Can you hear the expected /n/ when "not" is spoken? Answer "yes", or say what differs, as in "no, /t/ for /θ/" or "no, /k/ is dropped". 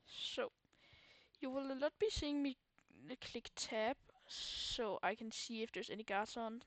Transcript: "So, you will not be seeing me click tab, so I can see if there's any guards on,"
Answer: no, /l/ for /n/